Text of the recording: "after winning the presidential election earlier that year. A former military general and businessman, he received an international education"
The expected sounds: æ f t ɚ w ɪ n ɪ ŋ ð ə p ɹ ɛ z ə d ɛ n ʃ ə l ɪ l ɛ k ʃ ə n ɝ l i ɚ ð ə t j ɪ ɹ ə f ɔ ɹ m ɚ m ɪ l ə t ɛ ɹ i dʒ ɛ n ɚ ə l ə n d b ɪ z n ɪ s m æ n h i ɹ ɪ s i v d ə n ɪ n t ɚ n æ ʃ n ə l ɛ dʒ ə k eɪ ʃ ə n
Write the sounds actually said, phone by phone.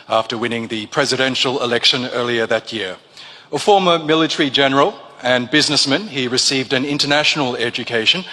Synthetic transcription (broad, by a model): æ f t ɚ w ɪ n ɪ ŋ ð ə p ɹ ɛ z ə d ɛ n ʃ ə l ɪ l ɛ k ʃ ə n ɝ l i ɚ ð ə t j ɪ ɹ ə f ɔ ɹ m ɚ m ɪ l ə t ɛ ɹ i dʒ ɛ n ɚ ə l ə n b ɪ z n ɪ s m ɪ n i ɹ ɪ s i v d ə n ɪ n t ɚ n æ ʃ n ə l ɛ dʒ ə k eɪ ʃ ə n